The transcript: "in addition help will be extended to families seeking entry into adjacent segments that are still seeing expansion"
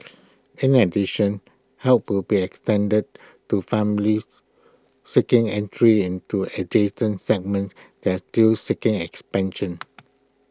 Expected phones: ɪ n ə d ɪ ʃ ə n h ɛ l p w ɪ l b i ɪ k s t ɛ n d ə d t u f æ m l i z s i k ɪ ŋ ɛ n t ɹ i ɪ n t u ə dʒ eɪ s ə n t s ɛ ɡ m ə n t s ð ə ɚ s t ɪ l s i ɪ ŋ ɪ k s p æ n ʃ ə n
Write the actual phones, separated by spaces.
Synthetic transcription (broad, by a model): ɪ n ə d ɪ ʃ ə n h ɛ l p w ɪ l b i ɪ k s t ɛ n d ə d t u f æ m l i s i k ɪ ŋ ɛ n t ɹ i ɪ n t u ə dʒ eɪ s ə n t s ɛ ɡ m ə n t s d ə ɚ s t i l s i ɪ ŋ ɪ k s p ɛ n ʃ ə n